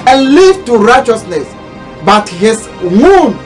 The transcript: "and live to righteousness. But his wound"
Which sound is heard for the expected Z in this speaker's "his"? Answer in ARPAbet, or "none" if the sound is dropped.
S